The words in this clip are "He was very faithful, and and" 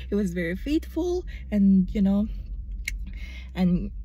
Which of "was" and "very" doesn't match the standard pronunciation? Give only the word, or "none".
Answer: none